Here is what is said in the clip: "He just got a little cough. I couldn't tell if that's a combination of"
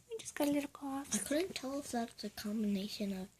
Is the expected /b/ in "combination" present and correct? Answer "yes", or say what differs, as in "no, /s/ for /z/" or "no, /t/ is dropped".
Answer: yes